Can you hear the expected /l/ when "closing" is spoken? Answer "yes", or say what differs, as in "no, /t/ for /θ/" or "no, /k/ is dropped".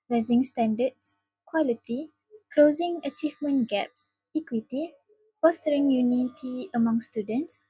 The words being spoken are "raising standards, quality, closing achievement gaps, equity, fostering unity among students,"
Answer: yes